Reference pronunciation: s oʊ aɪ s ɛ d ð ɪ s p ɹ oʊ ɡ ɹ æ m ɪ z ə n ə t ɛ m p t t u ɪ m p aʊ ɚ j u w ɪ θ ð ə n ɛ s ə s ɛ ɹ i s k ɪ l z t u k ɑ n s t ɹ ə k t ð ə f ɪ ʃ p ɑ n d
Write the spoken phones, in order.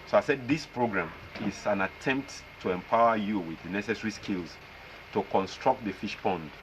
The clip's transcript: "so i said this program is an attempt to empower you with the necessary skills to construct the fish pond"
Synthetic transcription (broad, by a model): s oʊ aɪ s ɛ d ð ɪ s p ɹ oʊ ɡ ɹ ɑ m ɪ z ə n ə t ɛ m p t t u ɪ m p aʊ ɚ j u w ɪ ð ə n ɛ s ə s ɹ i s k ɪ l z t u k ɑ n s t ɹ ə k t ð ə f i ʃ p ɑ n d